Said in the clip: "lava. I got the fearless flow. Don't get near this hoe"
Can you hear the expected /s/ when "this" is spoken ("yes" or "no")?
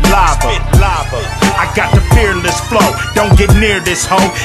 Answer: yes